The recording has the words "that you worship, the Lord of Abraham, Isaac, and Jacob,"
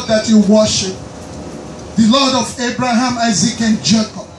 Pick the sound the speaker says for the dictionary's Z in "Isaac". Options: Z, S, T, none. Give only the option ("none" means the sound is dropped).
Z